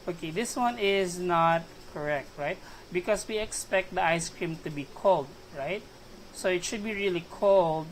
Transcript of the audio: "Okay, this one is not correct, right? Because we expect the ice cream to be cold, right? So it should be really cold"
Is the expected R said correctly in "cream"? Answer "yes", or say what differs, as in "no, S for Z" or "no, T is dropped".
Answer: yes